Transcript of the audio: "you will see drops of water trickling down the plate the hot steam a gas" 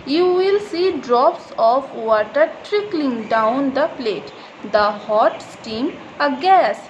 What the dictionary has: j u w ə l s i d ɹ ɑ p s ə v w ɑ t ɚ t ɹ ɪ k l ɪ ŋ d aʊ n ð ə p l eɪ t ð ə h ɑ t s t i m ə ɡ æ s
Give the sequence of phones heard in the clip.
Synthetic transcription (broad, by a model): j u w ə l s i d ɹ ɑ p s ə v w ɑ t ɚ t ɹ ɪ k l ɪ ŋ d aʊ n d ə p l eɪ t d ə h ɑ t s t i m ə ɡ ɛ s